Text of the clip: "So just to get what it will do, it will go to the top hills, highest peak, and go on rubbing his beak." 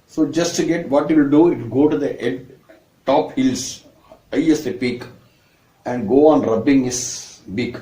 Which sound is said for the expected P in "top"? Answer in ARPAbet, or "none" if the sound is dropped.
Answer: P